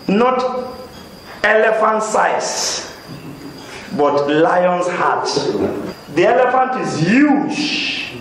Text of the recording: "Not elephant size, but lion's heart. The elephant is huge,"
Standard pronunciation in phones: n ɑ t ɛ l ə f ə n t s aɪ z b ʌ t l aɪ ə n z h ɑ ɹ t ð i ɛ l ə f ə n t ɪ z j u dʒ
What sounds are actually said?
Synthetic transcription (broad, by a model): n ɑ t ɛ l ə f ə n t s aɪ s b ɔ t l aɪ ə n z h ɑ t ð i ɛ l ə f ə n t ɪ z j u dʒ